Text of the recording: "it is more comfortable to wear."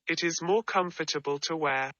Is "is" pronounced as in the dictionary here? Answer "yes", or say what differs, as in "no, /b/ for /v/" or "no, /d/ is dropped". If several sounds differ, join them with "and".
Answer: yes